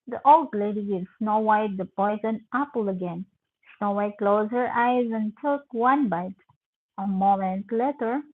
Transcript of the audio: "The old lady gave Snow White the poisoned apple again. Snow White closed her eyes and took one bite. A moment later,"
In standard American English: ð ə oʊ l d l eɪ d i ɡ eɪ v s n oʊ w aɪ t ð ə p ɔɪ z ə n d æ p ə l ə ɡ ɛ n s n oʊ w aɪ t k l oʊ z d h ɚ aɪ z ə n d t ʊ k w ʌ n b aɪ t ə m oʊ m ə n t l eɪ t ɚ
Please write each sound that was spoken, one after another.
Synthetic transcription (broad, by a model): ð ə oʊ l d l eɪ d i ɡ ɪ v s n oʊ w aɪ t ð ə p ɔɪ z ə n æ p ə l ə ɡ ɛ n s n oʊ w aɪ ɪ k l oʊ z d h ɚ aɪ z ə n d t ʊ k w ʌ n b aɪ t ə m oʊ m ə n t l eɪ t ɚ